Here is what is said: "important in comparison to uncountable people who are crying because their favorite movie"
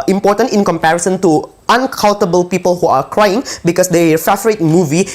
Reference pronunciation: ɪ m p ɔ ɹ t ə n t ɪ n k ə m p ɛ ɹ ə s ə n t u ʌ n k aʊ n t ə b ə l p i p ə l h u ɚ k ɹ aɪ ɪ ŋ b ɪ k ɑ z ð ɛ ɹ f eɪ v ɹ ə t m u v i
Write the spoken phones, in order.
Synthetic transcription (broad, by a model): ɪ m p ɔ t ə n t ɪ n k ə m p ɛ ɹ ə s ə n t u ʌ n k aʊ l t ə b ə l p i p ə l h u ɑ k ɹ aɪ ɪ ŋ b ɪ k ɑ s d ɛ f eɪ f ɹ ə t m u v i